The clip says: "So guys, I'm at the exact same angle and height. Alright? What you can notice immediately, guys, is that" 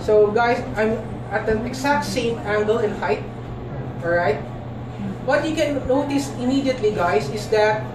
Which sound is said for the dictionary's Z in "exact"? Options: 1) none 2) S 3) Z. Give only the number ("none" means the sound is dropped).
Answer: 2